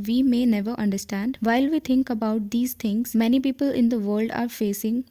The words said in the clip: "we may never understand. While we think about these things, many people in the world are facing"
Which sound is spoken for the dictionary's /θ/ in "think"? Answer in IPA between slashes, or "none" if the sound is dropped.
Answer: /t/